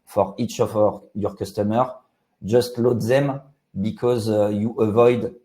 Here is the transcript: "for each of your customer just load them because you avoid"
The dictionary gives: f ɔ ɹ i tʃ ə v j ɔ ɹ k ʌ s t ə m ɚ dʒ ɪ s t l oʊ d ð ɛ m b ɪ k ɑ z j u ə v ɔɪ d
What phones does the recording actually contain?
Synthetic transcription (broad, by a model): f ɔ ɹ i tʃ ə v j ɔ ɹ k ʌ s t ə m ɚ dʒ ɪ s t l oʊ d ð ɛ m b ɪ k ɑ z j u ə v ɔɪ d